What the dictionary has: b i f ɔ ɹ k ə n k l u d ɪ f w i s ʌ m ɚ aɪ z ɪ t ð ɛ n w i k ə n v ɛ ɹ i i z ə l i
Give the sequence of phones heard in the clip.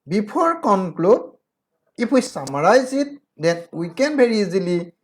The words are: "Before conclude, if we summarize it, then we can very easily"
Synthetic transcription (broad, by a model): b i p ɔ ɹ k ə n k l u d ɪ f w i s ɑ m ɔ aɪ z ɪ t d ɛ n w i k ə n b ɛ ɹ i i z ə l i